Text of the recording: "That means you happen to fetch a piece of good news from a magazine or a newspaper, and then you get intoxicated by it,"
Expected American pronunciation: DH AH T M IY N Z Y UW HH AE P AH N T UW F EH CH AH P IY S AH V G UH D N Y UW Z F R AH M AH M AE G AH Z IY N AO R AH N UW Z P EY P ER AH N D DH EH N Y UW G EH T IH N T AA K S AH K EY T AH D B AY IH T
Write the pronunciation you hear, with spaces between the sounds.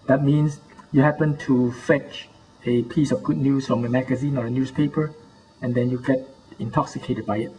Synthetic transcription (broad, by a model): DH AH T M IY N S Y UW HH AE P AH N T UW F EH CH AH P IY S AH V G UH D N Y UW S F R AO M AH M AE G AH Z IY N AO R AH N UW S P EY P ER AH N D EH N Y UW G EH T IH N T AA K S AH K EY T AH D B AY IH T